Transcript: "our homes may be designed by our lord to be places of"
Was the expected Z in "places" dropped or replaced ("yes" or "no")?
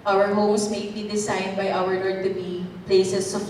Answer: yes